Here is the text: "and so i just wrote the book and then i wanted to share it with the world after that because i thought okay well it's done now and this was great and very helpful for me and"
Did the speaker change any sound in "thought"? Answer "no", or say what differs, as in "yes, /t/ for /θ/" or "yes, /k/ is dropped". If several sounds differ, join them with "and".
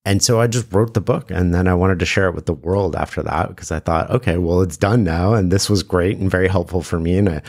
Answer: no